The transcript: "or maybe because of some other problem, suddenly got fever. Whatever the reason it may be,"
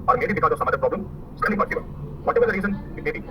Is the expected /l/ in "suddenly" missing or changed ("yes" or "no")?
yes